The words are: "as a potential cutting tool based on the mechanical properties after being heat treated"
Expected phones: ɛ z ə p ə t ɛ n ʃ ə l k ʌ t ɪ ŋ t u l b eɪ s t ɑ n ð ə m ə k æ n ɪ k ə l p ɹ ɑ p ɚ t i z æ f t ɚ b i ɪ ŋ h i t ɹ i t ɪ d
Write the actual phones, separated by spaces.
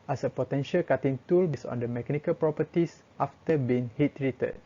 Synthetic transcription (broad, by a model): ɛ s ə p ə t ɛ n ʃ ə l k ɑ t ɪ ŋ t u l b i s ɑ n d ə m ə k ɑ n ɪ k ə l p ɹ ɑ p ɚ t i s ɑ f t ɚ b i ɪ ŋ h i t ɹ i t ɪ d